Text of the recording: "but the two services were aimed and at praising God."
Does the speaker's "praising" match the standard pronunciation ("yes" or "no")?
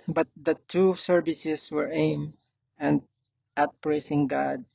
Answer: no